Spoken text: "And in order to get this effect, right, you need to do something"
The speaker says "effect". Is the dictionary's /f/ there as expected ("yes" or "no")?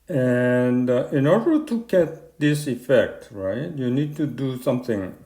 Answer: yes